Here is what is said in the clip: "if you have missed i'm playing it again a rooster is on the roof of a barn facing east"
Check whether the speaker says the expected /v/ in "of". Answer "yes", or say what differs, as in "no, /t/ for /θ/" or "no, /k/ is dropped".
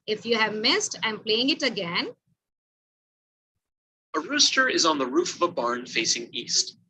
yes